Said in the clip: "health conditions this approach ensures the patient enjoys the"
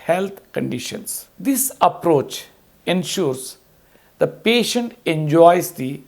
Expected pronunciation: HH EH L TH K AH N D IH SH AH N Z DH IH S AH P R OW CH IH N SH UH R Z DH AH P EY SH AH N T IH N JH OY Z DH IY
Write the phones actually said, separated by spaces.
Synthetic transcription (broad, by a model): HH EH L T K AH N D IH SH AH N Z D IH S AH P R OW CH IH N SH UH R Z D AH P EY SH AH N T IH N JH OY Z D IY